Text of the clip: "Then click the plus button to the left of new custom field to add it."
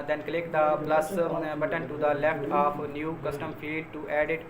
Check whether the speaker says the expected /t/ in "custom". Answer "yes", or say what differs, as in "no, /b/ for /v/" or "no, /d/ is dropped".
yes